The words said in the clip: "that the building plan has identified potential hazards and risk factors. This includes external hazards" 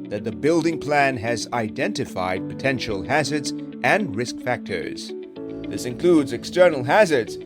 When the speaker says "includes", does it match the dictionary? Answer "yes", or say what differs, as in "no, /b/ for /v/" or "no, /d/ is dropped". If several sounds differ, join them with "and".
yes